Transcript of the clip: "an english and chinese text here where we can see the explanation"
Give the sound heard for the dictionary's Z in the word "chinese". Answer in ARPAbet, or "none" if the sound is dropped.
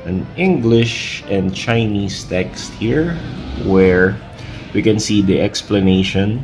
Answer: S